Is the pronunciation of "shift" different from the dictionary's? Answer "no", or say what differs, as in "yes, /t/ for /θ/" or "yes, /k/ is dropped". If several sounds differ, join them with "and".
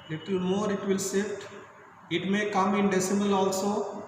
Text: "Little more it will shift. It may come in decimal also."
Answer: yes, /s/ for /ʃ/